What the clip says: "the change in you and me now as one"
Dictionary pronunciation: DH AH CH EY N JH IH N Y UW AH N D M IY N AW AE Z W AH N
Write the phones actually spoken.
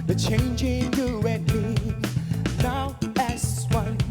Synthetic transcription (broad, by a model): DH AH CH EY N JH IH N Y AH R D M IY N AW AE S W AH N